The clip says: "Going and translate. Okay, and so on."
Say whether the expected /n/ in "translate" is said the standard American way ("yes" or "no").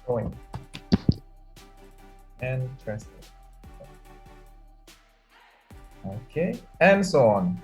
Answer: no